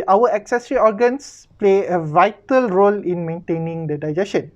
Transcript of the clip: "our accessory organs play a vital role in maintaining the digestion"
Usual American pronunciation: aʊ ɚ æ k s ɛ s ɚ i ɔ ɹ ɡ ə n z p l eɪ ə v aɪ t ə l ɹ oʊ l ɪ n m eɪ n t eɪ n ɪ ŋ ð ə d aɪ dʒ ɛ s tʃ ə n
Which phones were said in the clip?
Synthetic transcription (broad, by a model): aʊ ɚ æ k s ɛ s ɚ i ɔ ɹ ɡ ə n s p l eɪ ə v aɪ t ə l ɹ oʊ l ɪ n m eɪ n t eɪ n ɪ ŋ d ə d aɪ dʒ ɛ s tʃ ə n